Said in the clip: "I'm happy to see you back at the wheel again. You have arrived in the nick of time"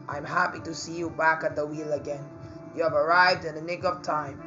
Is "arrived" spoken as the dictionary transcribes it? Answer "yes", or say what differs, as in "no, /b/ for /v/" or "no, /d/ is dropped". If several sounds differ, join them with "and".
yes